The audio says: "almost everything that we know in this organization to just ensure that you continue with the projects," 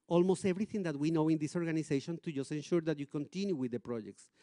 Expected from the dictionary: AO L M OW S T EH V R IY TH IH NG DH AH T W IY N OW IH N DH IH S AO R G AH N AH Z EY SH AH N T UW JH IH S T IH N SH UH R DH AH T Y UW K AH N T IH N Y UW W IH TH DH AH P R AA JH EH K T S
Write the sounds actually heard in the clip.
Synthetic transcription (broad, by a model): AO L M OW S T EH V R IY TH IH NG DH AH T W IY N OW IH N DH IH S AO R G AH N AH S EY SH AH N T UW JH IH S T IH N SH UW R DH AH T Y UW K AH N T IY N Y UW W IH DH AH P R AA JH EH K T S